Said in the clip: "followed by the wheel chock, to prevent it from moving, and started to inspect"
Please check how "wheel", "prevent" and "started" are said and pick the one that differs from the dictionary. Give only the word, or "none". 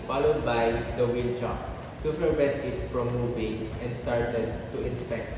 prevent